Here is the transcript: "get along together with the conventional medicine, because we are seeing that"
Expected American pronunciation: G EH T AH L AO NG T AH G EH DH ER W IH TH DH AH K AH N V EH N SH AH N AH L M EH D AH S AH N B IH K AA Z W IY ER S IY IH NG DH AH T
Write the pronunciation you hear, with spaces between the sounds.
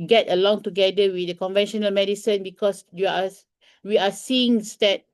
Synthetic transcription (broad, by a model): G EH T AH L AO NG T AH G EH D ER W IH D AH K AH N V EH N SH AH N AH L M EH D AH S AH N B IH K AA S W IY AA S IY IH NG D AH T